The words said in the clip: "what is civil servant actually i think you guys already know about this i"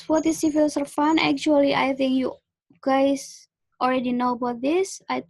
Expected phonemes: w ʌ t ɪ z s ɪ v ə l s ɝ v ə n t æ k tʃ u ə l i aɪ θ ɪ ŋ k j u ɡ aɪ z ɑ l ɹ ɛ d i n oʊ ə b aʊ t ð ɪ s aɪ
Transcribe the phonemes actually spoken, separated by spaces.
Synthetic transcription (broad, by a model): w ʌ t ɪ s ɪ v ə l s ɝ f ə n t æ k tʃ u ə l i aɪ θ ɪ ŋ k j u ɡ aɪ s ɑ l ɹ ɛ d i n oʊ ə b aʊ t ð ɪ s aɪ